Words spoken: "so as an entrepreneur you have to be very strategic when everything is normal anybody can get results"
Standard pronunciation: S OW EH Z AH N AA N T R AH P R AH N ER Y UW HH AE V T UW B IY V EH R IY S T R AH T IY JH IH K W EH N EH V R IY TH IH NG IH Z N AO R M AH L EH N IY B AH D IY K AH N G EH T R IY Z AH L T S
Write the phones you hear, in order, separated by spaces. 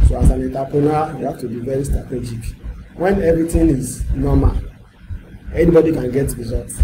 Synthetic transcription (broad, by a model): S OW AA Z AH N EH N T AH P R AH N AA Y UW HH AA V T UW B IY V EH R IY S T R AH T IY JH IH K W EH N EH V R IY T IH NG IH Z N AO M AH L EH N IY B AH D IY K AH N G EH T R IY Z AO L T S